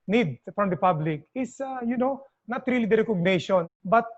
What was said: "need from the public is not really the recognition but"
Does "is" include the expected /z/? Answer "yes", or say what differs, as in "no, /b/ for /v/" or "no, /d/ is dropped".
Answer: no, /s/ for /z/